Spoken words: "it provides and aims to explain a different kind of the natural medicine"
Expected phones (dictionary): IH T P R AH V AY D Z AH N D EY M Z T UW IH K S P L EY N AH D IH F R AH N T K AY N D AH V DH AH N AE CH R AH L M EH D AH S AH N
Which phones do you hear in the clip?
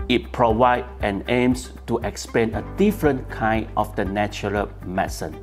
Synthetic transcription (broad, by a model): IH T P R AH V AY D AH N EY M S T UW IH K S P EY N AH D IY F R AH N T K AY N D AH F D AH N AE CH R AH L M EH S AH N